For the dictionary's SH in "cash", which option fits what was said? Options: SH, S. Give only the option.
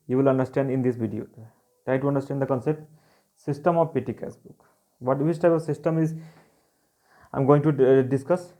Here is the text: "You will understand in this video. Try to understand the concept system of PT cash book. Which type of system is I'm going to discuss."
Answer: S